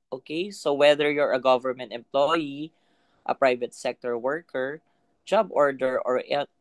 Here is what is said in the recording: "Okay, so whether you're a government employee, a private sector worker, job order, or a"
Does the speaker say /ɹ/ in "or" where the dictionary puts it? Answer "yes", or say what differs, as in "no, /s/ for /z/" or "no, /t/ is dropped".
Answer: yes